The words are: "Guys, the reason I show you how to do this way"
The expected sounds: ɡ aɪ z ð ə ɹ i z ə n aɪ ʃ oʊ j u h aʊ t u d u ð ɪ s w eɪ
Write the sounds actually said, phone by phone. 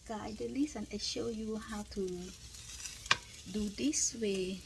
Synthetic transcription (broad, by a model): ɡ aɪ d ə l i s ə n aɪ ʃ oʊ j u h aʊ t u d u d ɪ s w eɪ